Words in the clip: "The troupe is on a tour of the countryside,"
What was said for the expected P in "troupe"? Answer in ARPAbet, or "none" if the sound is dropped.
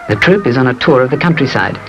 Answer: P